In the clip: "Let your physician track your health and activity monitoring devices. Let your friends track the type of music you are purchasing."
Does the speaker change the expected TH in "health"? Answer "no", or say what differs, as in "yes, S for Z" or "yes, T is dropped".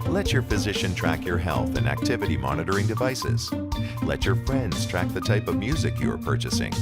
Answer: no